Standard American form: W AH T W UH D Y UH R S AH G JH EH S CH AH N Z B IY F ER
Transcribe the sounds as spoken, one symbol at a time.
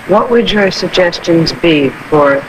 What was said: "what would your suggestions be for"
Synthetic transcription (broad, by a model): W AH T W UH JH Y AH R S AH G JH EH S CH AH N Z B IY F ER